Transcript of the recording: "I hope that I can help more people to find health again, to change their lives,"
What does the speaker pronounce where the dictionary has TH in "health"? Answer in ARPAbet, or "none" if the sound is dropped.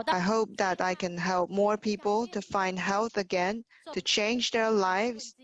TH